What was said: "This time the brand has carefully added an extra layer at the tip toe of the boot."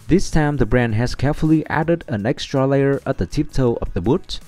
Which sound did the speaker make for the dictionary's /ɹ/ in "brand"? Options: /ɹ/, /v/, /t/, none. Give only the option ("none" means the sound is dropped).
/ɹ/